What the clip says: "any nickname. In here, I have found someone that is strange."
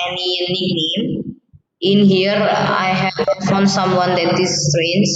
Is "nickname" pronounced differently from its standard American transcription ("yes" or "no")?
yes